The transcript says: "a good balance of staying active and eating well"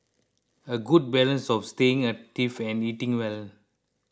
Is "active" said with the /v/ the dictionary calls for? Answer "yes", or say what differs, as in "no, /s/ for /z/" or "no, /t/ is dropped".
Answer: no, /f/ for /v/